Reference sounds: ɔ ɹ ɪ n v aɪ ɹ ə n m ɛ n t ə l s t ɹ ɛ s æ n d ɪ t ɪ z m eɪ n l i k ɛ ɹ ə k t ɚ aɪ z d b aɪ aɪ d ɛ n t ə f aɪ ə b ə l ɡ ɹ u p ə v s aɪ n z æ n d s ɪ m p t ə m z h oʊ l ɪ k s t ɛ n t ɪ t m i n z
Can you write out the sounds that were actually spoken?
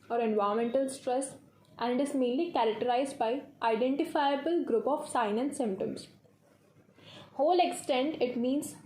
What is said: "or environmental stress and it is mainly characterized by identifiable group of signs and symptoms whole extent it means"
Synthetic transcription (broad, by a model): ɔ ɹ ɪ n v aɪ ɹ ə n m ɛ n t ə l s t ɹ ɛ s æ n d ɪ t ɪ z m eɪ n l i k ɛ ɹ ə k t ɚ aɪ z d b aɪ aɪ d ɛ n t ə f aɪ ə b ə l ɡ ɹ u p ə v s aɪ n æ n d s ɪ m p t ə m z h oʊ l ɪ k s t ɛ n t ɪ t m i n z